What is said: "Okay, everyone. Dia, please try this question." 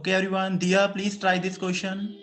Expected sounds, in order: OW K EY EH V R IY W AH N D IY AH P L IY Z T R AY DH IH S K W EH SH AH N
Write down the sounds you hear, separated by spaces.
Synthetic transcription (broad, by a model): K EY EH R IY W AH N D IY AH P L IY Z T R AY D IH S K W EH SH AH N